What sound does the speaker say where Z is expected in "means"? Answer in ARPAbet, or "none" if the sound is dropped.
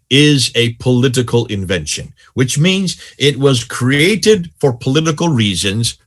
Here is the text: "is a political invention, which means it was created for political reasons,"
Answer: Z